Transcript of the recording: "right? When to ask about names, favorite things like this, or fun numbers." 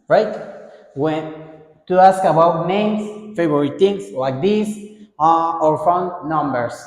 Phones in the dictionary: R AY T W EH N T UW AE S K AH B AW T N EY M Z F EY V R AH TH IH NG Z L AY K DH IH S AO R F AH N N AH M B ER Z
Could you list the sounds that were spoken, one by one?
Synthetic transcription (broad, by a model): R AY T W EH N T UW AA S K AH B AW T N EY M S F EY B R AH T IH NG S L AY K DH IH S AO R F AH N N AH M B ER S